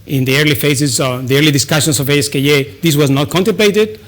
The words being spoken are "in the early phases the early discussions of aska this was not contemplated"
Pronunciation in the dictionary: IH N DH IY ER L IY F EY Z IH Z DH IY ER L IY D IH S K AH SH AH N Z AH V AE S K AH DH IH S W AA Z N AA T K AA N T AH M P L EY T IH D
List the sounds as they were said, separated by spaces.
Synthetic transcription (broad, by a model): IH N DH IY ER L IY F EY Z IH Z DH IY ER L IY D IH S K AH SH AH N S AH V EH S K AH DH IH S W AA Z N AA T K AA N T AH M P L EY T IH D